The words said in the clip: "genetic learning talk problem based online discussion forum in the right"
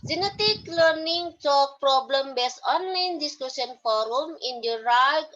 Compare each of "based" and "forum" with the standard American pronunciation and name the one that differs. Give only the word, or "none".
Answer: based